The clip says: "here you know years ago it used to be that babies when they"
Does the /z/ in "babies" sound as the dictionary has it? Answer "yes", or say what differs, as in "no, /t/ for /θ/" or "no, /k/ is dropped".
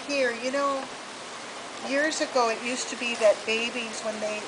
yes